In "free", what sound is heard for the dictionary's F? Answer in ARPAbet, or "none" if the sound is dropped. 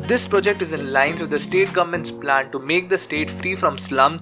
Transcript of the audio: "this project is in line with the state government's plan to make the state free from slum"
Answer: F